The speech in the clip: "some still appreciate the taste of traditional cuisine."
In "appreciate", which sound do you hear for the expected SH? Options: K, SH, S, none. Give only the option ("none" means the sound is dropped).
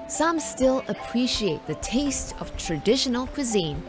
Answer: SH